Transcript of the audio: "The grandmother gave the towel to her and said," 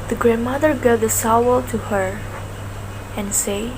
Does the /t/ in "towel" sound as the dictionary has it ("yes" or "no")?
no